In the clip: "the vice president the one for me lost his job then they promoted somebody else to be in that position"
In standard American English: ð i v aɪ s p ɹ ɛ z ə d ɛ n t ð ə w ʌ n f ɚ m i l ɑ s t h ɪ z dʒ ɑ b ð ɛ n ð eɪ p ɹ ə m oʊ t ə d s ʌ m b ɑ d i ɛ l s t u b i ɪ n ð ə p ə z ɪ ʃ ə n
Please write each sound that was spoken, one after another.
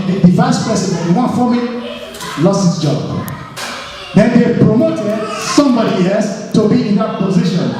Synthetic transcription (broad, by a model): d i v aɪ s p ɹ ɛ s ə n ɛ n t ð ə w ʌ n f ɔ m i l ɑ s t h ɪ s dʒ ɑ b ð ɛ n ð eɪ p ɹ ə m oʊ t ə d s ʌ m b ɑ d i ɛ l s t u b i ɪ n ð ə p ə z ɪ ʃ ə n